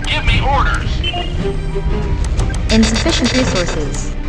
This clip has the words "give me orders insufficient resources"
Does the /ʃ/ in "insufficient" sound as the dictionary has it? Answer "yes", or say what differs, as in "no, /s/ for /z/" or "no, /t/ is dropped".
yes